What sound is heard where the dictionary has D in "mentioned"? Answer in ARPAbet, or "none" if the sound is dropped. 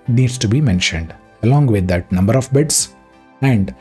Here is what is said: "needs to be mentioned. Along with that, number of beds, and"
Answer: D